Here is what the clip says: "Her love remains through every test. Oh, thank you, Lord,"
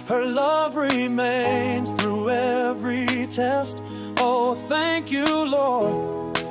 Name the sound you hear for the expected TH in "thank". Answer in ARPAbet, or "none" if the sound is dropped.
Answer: TH